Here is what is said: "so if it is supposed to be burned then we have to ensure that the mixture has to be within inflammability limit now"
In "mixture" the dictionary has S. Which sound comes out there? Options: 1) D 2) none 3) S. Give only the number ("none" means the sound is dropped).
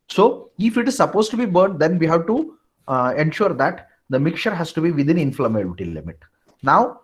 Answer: 2